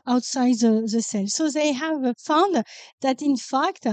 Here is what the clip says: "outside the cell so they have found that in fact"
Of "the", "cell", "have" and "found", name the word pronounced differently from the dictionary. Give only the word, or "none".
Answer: none